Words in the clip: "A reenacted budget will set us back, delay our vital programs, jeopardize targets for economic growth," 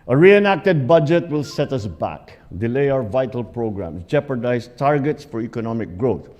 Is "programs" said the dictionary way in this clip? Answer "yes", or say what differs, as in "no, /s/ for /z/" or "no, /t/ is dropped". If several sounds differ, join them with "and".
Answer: no, /s/ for /z/